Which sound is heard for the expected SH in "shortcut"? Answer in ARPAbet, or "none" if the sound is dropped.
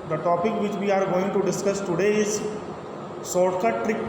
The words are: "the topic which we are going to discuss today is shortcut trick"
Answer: S